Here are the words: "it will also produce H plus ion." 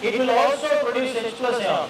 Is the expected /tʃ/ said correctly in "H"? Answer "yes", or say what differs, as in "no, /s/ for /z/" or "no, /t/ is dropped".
no, /s/ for /tʃ/